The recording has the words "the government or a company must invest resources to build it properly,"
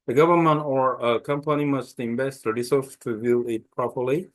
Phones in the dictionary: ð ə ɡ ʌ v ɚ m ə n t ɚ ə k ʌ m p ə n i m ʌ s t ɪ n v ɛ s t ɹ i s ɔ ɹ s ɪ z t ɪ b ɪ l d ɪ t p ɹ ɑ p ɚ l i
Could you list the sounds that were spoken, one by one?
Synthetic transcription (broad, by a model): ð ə ɡ ʌ v ɚ m ə n t ɚ ə k ʌ m p ə n i m ʌ s t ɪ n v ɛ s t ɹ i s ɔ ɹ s t ɪ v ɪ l ɪ t p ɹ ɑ p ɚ l i